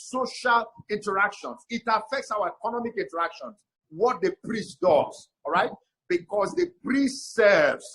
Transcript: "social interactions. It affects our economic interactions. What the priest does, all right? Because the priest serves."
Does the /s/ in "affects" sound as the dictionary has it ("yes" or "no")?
yes